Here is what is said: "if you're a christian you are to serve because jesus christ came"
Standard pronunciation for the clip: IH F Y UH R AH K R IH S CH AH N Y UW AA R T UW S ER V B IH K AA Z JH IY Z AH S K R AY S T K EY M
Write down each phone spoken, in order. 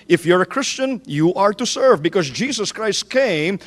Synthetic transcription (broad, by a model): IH F Y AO R AH K R IH S CH AH N Y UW AA R T UW S ER V B IH K AA Z JH IY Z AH S K R AY S T K EY M